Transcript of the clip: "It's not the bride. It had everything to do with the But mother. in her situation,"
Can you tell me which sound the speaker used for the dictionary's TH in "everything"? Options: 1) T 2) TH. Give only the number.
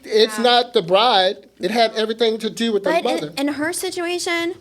2